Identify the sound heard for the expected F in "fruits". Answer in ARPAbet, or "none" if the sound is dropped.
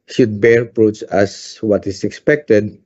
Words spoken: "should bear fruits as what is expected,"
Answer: P